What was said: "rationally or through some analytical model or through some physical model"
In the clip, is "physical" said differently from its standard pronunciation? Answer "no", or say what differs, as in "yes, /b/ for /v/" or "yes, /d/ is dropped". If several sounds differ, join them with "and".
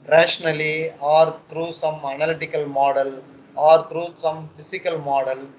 yes, /s/ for /z/